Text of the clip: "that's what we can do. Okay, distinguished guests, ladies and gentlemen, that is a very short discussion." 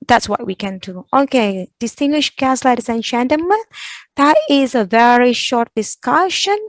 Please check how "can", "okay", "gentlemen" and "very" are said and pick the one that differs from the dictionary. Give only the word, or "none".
gentlemen